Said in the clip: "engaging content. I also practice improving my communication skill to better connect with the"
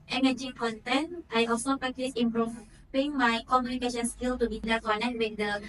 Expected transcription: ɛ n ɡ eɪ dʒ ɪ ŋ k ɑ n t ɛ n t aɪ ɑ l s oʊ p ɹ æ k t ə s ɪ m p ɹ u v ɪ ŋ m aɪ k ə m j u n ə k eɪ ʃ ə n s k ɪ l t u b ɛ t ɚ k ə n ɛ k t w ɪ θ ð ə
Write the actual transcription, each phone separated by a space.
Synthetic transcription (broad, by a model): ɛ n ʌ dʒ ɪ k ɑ n t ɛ n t aɪ ɑ l s oʊ p ɹ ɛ k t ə s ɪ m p ɹ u p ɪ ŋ m aɪ k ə m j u n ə k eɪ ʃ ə n s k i l t u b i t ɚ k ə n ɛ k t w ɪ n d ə